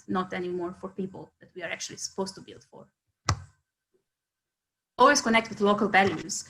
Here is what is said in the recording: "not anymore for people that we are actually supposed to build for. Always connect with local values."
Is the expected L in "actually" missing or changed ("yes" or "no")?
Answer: no